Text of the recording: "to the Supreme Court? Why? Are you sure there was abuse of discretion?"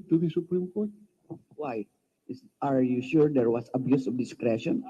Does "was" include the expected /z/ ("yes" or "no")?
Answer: no